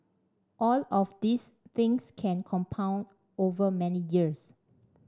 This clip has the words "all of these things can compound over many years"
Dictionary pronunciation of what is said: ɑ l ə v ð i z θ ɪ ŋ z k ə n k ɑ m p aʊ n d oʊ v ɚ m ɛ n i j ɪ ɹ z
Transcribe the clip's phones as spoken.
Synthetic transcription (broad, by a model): ɑ l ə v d i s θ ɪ ŋ s k ə n k ɑ m p aʊ n d oʊ v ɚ m ɛ n i j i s